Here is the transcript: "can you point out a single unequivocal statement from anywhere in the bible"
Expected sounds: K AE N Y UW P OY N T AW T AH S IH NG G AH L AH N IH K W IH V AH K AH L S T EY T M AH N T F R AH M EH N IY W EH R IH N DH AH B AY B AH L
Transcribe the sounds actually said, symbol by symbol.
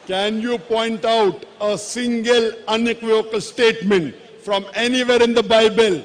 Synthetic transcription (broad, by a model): K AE N Y UW P OY N T AW T AH S IH NG G AH L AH N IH K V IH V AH K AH L S T EY T M AH N T F R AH M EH N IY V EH R IH N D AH B AY B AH L